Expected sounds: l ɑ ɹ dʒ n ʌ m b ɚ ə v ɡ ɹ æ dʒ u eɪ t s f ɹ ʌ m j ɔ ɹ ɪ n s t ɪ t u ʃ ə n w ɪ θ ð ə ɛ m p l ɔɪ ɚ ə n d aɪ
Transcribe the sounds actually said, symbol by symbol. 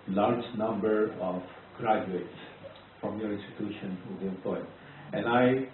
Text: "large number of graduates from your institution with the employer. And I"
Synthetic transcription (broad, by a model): l ɑ ɹ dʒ n ʌ m b ɚ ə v ɡ ɹ æ dʒ u eɪ t s f ɹ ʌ m j ɔ ɹ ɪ n s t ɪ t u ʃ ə n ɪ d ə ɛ p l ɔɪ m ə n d aɪ